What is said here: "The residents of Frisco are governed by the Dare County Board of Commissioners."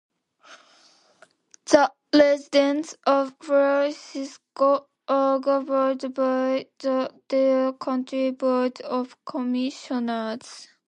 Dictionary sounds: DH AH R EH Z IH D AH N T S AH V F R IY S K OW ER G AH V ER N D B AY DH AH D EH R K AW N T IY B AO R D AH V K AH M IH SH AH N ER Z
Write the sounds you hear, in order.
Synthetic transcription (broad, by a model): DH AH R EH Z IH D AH N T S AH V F R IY S K OW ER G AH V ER D B AY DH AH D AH K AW N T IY B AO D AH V K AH M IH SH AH N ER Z